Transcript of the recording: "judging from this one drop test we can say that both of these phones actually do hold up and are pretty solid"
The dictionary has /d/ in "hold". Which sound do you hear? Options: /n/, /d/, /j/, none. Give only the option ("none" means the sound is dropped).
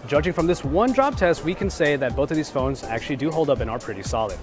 /d/